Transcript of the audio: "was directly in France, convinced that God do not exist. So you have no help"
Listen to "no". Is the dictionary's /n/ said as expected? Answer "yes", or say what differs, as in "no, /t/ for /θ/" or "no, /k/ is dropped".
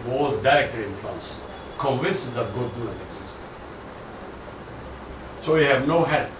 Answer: yes